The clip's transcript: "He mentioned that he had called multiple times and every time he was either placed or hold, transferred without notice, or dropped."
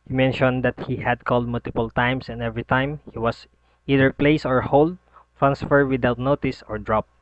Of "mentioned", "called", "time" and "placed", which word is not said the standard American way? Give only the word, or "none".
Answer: placed